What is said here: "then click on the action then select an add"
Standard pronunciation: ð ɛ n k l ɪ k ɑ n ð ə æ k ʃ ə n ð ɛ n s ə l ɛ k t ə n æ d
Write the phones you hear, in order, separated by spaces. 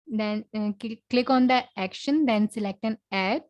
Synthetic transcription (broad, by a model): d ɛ n k l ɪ k ɑ n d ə æ k ʃ ə n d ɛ n s ə l ɛ k t ə n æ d